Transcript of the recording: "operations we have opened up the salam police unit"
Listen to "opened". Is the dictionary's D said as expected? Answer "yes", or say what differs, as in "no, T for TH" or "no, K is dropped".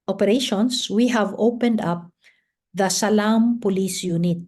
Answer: yes